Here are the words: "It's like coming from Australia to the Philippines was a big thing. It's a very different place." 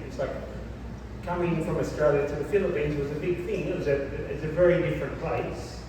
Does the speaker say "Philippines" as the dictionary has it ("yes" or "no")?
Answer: yes